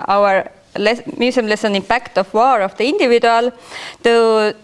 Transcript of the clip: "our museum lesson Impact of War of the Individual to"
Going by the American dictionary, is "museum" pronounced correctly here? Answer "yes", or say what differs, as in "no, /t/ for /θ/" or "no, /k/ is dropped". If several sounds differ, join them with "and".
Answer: no, /s/ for /z/